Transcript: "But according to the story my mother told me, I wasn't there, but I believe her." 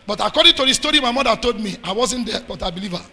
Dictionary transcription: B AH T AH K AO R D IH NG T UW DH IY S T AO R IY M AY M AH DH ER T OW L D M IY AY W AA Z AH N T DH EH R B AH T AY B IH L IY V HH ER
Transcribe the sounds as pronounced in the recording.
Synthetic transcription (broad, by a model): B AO T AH K AO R D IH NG T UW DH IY S T AO R IY M AY M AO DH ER T OW L D M IY AY W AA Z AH N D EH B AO T AY B IH L IY V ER